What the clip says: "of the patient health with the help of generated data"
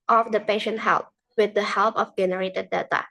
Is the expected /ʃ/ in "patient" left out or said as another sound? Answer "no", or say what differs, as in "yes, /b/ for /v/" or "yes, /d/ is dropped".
no